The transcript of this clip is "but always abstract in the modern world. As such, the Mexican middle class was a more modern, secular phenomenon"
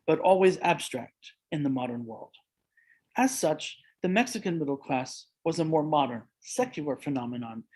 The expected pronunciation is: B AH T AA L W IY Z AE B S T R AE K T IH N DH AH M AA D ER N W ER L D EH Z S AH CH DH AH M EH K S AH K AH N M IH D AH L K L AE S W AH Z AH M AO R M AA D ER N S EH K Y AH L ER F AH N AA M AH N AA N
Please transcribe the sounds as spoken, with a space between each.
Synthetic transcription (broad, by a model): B AH T AA L W IY Z AE B S T R AE K T IH N DH AH M AA D ER N W ER L D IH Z S AH CH DH AH M EH K S AH K AH N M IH D L K L AE S W AH Z AH M AO R M AA D ER N S EH K Y AH L ER F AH N AA M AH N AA N